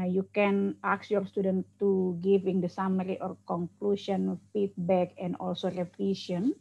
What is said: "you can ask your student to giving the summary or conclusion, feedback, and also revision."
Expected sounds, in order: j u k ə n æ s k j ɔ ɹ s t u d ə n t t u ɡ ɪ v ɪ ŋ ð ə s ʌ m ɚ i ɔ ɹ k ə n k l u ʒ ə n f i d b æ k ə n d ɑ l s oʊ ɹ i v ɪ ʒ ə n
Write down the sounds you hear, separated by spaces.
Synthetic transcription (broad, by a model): j u k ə n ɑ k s j ɔ ɹ s t u d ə n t t u ɡ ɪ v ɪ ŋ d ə s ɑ m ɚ i ɔ ɹ k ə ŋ k l u ʃ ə n f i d b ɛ k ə n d ɑ l s oʊ ɹ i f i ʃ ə n